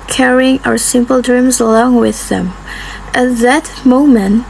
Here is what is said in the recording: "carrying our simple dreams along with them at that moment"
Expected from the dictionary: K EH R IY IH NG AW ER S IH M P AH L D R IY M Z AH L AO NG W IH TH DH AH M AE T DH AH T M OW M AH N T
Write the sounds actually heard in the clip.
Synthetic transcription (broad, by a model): K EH R IY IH NG AW ER S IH M P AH L D R IY M Z AH L AO NG W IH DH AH M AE T DH AH T M OW M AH N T